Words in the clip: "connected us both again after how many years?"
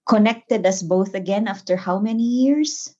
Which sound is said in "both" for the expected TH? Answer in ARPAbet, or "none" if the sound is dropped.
TH